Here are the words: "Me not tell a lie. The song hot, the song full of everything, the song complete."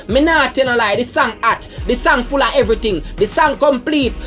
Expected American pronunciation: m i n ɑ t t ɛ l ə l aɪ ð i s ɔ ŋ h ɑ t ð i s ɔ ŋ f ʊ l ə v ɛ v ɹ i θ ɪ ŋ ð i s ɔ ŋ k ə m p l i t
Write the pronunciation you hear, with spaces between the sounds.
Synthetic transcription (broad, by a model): m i n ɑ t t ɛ n ə l aɪ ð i s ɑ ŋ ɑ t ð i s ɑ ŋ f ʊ l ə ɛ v ɹ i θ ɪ ŋ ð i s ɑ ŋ k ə m p l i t